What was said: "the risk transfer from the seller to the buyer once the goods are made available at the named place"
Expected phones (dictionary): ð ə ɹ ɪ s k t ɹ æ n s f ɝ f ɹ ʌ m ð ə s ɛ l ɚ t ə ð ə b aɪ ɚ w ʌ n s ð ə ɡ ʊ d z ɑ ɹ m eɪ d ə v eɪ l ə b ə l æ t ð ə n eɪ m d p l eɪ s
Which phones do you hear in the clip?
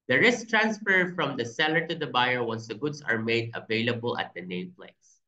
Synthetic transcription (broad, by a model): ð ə ɹ ɪ s k t ɹ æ n s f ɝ f ɹ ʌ m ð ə s ɛ l ɚ t ə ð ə b aɪ ɚ w ʌ n s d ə ɡ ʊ d s ɑ ɹ m eɪ d ə v eɪ l ə b ə l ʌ t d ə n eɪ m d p l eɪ s